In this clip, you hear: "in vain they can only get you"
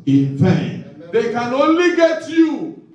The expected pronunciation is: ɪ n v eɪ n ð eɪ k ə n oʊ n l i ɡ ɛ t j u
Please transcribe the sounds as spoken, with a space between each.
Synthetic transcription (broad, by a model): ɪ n p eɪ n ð eɪ k ə n oʊ n l i ɡ ɛ t j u